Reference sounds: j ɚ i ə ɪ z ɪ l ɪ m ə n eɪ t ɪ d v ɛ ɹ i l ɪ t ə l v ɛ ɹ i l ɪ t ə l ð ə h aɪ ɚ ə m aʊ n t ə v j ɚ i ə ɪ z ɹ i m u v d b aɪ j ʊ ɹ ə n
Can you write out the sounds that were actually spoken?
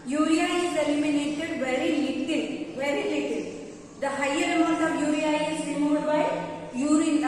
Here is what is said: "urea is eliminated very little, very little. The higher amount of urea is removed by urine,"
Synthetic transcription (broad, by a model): j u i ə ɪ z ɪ l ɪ m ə n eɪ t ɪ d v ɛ ɹ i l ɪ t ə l v ɛ ɹ i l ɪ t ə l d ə h aɪ ɚ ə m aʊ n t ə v j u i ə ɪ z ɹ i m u d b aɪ j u ɹ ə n